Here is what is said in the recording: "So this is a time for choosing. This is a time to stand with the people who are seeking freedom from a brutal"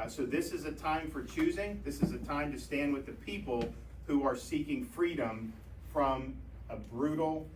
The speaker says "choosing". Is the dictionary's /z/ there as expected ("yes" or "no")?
yes